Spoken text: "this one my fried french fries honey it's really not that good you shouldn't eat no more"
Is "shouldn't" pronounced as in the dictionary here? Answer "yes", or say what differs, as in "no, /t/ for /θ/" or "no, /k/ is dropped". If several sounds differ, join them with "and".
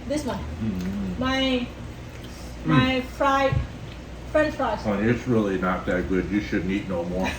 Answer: no, /t/ is dropped